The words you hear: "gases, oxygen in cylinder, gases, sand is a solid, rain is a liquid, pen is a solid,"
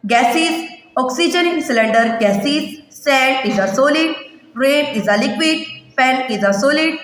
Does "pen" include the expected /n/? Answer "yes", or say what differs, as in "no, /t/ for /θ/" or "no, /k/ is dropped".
no, /l/ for /n/